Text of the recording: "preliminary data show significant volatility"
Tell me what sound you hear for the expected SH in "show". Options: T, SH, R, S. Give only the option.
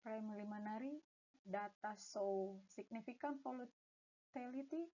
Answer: S